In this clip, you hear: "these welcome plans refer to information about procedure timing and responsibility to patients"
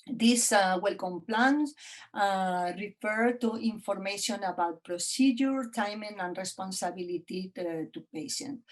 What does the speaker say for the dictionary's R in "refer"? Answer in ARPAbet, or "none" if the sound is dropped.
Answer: R